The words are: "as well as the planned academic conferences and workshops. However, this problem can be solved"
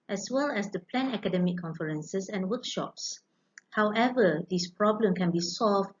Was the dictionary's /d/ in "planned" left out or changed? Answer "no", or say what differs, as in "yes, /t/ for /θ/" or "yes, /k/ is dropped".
yes, /d/ is dropped